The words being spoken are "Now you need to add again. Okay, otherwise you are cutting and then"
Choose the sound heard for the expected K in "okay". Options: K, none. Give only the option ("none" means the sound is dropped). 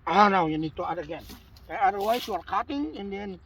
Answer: none